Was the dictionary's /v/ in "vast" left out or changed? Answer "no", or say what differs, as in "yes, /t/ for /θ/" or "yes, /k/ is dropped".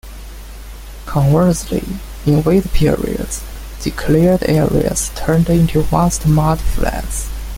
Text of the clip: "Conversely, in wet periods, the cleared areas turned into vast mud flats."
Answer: yes, /w/ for /v/